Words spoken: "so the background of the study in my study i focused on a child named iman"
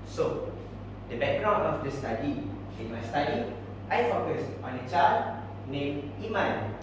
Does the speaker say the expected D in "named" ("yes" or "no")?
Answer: no